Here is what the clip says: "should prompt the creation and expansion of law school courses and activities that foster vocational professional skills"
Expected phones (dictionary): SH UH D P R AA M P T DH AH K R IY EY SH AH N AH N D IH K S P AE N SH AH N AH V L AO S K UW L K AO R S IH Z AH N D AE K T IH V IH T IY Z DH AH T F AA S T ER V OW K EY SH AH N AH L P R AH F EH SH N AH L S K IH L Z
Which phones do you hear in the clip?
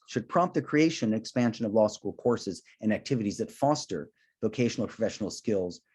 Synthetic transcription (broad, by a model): SH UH D P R AA M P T DH AH K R IY EY AH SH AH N IH K S P AE N SH AH N AH V L AO S K UW L K AO R S IH Z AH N AE K T IH V IH T IY Z DH AH T F AA S T ER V OW K EY SH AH N L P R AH F EH SH N L S K IH L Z